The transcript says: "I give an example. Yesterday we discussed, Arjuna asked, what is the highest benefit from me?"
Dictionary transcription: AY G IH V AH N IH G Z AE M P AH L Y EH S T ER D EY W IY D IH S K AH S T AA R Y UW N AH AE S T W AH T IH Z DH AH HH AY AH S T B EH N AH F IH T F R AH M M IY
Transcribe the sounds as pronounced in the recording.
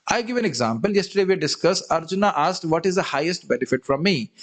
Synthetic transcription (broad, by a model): AY G IH V AH N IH G Z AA M P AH L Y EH S T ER D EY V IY D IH S K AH S AH R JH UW N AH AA S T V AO T IH Z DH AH HH AY AH S T B EH N AH F IH T F R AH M M IY